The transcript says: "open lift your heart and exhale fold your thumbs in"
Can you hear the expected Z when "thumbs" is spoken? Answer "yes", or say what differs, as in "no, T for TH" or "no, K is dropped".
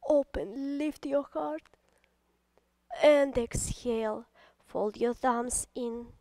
no, S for Z